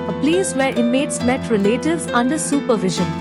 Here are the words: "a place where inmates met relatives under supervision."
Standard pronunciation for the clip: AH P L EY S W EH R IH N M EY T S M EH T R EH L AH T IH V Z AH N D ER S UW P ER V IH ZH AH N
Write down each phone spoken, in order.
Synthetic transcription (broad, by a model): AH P L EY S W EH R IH M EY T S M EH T R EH L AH T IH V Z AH N D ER S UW P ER V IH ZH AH N